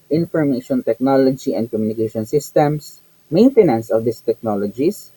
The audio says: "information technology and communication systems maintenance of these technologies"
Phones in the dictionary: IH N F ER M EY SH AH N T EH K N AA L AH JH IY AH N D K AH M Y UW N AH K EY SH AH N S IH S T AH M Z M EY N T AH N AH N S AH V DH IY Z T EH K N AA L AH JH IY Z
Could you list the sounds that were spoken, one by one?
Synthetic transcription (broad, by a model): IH N F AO M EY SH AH N T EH K N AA L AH JH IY AH N D K AH M Y UW N AH K EY SH AH N S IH S T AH M S M EY N T AH N AH N S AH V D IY S T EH K N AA L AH JH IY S